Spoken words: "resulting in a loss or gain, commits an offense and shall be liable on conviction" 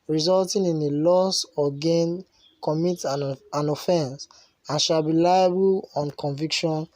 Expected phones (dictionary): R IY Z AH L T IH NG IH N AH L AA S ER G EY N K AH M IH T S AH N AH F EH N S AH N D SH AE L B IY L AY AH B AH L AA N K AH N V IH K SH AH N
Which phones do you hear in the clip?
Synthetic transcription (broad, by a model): R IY Z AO L T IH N IH N AH L AA S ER G EY N K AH M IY T AH N AH F EH N S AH N SH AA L B IY L AY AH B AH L AA N K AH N V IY K SH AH N